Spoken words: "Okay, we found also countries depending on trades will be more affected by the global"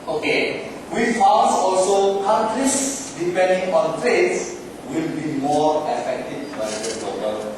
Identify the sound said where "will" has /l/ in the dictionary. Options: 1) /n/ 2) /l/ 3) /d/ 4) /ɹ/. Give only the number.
2